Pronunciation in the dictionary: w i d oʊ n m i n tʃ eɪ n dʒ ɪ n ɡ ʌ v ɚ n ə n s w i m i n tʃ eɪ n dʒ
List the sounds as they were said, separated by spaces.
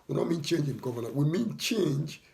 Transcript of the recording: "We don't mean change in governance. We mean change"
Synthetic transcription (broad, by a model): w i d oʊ m i n tʃ eɪ n dʒ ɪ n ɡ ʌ v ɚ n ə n w i m i n tʃ eɪ n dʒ